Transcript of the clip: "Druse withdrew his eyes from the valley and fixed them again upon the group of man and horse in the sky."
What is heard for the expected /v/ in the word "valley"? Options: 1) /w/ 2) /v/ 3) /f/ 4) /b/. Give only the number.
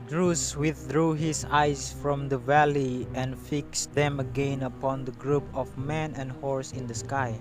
2